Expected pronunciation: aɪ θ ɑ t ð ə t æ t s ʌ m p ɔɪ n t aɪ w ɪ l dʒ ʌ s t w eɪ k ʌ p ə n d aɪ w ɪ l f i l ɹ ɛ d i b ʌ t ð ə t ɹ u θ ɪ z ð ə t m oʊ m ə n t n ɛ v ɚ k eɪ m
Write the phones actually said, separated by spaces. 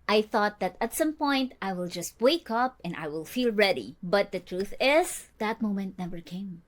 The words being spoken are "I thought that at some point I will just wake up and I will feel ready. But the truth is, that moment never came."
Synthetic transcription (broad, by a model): aɪ θ ɑ t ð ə t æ t s ʌ m p ɔɪ n t aɪ w ɪ l dʒ ʌ s t w eɪ k ʌ p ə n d aɪ w ɪ l f i l ɹ ɛ d i b ʌ t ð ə t ɹ u θ ɪ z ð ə t m oʊ m ə n t n ɛ v ɚ k eɪ m